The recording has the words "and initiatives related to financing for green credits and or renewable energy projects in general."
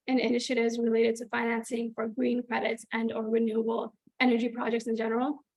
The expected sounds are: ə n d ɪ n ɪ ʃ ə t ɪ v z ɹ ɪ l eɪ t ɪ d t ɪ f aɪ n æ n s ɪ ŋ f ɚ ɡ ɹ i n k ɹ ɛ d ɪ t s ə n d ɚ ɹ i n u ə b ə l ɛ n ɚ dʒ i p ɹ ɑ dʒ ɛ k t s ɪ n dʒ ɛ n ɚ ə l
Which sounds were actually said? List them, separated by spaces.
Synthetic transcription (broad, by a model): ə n ɪ n ɪ ʃ ə t ɪ v z ɹ ɪ l eɪ t ɪ d t ɪ f aɪ n æ n s ɪ ŋ f ɚ ɡ ɹ i n k ɹ ɛ d ɪ t s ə n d ɚ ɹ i n u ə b l ɛ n ɚ dʒ i p ɹ ɑ dʒ ɛ k t s ɪ n dʒ ɛ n ɚ l